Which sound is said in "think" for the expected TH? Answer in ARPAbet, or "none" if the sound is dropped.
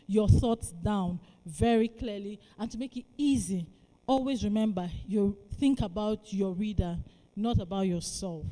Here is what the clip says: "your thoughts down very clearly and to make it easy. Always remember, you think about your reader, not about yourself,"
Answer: TH